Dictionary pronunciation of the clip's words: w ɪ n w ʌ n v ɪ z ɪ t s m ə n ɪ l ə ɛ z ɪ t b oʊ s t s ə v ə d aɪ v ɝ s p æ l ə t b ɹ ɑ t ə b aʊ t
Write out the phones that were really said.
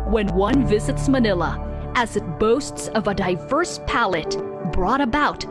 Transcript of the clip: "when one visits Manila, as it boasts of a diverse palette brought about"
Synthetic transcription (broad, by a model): w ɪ n w ʌ n v ɪ z ɪ t s m ə n ɪ l ə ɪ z ɪ t b oʊ s t s ə v ə d aɪ v ɝ s p æ l ə t b ɹ ɑ t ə b aʊ t